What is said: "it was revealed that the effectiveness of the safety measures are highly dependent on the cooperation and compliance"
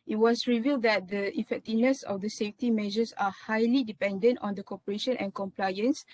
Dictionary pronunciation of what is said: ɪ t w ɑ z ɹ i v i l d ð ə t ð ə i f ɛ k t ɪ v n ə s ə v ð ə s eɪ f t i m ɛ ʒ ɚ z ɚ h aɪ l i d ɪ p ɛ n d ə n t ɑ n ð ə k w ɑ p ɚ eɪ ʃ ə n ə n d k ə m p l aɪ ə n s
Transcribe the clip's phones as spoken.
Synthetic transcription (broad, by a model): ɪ t w ɑ s ɹ i v i l d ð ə t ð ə i f ɛ k t ɪ v n ə s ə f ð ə s eɪ f t i m ɛ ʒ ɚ s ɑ h aɪ l i d ɪ p ɛ n d ə n t ɑ n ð ə k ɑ p ɚ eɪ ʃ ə n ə n k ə m p l aɪ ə n s